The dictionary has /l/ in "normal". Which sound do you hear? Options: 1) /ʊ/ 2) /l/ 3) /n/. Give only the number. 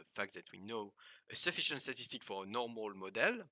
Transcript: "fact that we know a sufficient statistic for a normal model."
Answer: 2